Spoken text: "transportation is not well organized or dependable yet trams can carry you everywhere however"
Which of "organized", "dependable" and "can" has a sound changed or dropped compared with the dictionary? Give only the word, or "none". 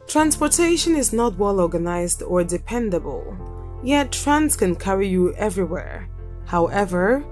none